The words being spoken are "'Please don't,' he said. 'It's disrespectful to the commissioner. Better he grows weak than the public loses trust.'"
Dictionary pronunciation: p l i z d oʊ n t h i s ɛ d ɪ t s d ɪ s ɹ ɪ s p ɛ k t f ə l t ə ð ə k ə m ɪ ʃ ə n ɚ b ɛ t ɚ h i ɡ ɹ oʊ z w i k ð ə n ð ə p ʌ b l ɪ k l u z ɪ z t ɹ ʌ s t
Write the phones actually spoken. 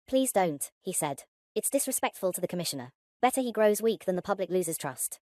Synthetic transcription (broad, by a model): p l i z d oʊ n t h i s ɛ d ɪ t s d ɪ s ɹ ɪ s p ɛ k t f ə l t ə ð ə k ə m ɪ ʃ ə n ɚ b ɛ t ɚ i ɡ ɹ oʊ z w i k ð ə n ð ə p ʌ b l ɪ k l u z ɪ z t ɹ ʌ s t